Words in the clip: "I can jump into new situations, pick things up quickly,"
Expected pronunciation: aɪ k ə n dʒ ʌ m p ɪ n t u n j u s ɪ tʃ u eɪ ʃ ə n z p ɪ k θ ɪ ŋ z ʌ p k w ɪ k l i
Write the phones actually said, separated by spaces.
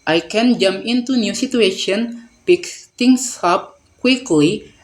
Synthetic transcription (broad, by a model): aɪ k ə n dʒ ʌ m p ɪ n t u n j u s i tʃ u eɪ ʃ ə n p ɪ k t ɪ ŋ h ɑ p k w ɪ k l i